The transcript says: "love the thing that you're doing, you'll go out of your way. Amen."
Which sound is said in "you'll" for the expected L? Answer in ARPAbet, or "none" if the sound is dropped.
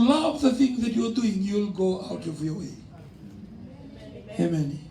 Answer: L